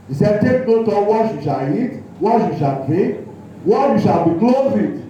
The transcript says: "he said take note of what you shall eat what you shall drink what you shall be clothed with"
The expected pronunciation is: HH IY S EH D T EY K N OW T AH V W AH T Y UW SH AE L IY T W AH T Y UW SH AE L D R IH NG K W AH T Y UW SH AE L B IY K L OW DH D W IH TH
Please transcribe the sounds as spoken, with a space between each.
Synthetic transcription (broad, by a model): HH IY S EH D T EY K N OW T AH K W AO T Y UW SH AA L IY T W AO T Y UW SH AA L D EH K W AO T Y UW SH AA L B IY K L OW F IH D